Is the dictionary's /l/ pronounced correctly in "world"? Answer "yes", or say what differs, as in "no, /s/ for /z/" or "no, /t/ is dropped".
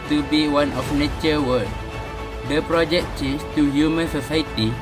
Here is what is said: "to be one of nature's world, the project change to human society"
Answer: no, /l/ is dropped